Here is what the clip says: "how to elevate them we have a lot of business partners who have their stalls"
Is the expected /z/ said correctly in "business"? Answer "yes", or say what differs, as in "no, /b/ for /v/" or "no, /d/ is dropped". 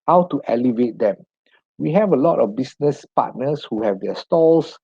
no, /s/ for /z/